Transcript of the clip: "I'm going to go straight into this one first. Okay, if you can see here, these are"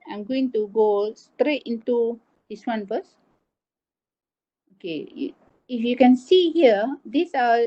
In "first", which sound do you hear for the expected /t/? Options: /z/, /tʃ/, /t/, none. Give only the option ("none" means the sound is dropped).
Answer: none